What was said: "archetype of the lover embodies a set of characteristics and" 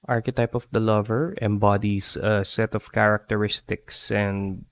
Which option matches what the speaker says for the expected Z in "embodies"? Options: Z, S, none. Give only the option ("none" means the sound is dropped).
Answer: S